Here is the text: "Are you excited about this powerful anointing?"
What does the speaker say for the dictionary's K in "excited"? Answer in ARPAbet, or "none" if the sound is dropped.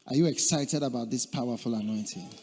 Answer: K